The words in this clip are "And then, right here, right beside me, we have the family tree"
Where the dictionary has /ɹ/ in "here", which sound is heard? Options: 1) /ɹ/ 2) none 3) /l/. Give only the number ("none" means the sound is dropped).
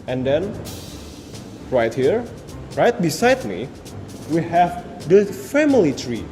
1